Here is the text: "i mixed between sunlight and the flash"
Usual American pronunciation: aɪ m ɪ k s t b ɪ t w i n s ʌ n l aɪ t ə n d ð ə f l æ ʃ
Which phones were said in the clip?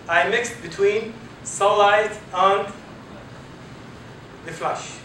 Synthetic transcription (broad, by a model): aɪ m ɪ k s t b ɪ t w i n s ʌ l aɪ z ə n ð ə f l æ ʃ